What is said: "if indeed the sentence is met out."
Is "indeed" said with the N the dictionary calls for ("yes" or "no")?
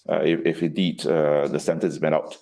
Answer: no